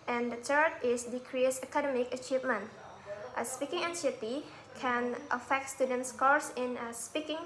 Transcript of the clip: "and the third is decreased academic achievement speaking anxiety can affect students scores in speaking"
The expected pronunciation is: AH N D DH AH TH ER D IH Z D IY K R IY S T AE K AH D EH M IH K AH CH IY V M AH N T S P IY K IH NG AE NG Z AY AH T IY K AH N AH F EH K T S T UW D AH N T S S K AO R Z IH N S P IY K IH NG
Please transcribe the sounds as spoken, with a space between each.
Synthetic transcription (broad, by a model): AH N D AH T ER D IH S D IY K R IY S AH K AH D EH M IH K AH CH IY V M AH N T S P IY K IH NG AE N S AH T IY K AH N AH F EH K T S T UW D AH N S S K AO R S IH N S P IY K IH NG